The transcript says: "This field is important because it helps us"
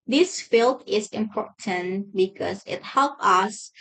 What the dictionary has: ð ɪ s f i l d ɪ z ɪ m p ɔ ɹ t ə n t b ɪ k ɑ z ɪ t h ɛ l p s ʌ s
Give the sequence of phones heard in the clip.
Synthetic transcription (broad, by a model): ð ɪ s f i l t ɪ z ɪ m p ɔ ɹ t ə n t b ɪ k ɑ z ɪ t h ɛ l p ʌ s